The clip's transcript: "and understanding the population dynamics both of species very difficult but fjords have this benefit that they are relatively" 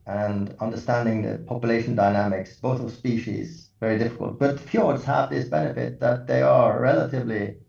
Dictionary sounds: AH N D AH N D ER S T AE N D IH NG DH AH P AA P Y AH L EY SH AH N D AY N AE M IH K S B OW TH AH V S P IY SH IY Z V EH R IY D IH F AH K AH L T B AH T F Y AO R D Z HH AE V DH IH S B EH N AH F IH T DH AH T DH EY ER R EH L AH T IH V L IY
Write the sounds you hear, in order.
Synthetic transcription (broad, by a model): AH N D AH N D ER S T AE N D IH NG DH AH P AA P Y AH L EY SH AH N D AY N AE M IH K S B OW TH AH V S P IY SH IY Z V EH R IY D IH F AH K AH L T B AH T F Y AO R D Z HH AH V DH IH S B EH N AH F IH T DH AH T DH EY ER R EH L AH T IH V L IY